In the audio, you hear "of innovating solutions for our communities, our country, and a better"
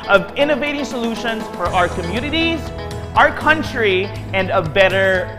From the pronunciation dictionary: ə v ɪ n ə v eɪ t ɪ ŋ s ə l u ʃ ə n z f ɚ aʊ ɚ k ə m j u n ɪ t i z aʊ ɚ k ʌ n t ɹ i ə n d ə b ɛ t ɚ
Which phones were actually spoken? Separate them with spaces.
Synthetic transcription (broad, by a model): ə v ɪ n ə v eɪ t ɪ ŋ s ə l u ʃ ə n z f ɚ aʊ ɚ k ə m j u n ɪ t i z aʊ ɚ k ʌ n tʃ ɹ i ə n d ə b ɛ t ɚ